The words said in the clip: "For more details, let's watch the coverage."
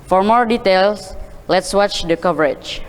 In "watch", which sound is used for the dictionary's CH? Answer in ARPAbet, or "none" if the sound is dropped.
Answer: CH